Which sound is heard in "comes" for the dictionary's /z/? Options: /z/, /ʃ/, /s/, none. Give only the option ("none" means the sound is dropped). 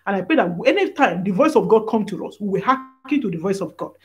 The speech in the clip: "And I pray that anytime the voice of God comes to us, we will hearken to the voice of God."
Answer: none